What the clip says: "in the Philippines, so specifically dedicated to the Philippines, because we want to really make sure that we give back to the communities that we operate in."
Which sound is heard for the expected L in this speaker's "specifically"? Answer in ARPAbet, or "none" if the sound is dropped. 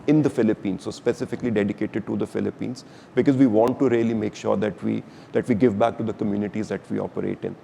L